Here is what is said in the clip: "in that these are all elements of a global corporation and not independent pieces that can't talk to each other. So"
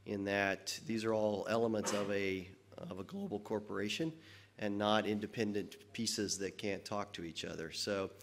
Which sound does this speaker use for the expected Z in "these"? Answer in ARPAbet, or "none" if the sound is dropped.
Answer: Z